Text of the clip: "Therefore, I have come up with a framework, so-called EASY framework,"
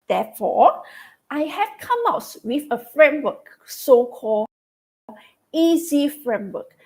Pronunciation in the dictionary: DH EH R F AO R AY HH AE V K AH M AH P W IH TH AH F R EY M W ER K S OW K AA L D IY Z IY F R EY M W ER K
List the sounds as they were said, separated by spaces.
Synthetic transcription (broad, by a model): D EH F AO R AY HH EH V K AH M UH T W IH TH AH F R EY M W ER K S OW K AA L IY Z IY F R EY M W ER K